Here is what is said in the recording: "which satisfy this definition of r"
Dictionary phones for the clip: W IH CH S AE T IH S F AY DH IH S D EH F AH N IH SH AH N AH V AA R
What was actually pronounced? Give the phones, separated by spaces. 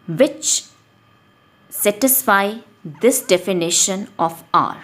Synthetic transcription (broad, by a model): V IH CH S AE T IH S F AY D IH S D EH F AH N IH SH AH N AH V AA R